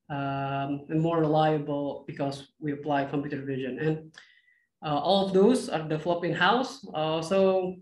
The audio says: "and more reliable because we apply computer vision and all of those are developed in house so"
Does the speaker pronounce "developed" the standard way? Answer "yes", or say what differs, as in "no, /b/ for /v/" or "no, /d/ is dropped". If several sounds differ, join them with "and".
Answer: no, /t/ is dropped